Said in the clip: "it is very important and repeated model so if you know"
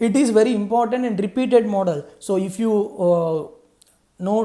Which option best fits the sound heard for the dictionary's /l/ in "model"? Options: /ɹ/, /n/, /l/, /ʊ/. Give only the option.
/l/